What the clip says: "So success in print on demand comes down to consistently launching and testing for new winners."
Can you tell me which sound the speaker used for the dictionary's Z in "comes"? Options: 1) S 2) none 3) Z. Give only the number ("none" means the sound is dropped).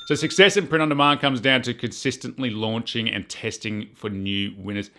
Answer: 3